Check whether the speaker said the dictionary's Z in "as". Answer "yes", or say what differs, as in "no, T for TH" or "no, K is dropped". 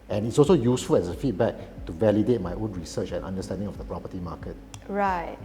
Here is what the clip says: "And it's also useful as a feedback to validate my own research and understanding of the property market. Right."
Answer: no, S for Z